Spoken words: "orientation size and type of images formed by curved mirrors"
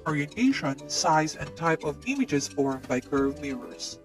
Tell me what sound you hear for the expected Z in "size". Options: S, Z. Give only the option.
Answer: Z